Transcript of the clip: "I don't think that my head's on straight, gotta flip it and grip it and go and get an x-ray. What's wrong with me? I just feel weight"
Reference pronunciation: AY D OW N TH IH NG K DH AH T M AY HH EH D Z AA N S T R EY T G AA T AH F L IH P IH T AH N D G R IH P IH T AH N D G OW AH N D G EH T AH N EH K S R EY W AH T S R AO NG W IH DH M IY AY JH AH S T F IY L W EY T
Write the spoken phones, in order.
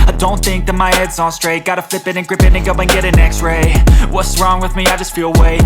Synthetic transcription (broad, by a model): AY D OW N TH IH NG K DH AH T M AY HH EH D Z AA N S T R EY T G AA T AH F L IH P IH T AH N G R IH P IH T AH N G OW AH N G EH T AH N EH K S R EY W AH T S R AO NG W IH DH M IY AY JH AH S T F IY L W EY